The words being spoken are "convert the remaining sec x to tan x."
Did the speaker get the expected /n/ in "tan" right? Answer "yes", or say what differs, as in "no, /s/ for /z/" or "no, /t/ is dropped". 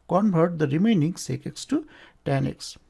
yes